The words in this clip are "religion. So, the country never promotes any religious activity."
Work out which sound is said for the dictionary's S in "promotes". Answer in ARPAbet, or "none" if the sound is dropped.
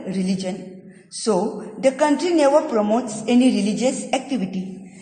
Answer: S